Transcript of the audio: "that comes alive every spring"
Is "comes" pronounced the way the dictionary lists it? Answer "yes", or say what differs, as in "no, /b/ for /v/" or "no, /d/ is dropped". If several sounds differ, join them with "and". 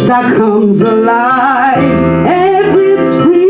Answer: yes